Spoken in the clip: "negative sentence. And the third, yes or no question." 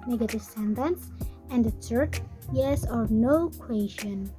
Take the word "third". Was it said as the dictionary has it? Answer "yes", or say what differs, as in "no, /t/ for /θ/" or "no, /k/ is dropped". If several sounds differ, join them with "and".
no, /s/ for /θ/